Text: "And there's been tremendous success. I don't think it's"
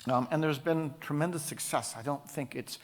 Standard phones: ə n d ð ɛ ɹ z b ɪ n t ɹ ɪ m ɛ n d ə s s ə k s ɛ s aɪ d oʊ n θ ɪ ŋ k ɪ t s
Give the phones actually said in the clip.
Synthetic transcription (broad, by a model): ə n ð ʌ ɹ z b ɪ n t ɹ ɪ m ɛ n d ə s s ə k s ɛ s aɪ d oʊ n θ ɪ ŋ k ɪ t s